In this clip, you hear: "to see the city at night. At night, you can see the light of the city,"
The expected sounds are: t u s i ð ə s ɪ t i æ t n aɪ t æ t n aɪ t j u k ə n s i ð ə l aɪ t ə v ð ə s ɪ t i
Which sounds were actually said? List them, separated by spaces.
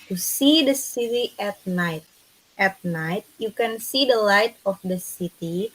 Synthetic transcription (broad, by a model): t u s i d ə s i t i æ t n aɪ t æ t n aɪ t j u k ə n s i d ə l aɪ t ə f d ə s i t i